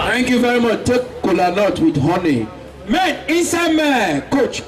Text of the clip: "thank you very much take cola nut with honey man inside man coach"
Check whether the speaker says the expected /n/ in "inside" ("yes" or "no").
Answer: no